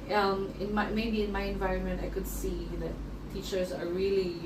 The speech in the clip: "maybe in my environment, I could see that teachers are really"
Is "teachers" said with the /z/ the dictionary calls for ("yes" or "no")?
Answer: yes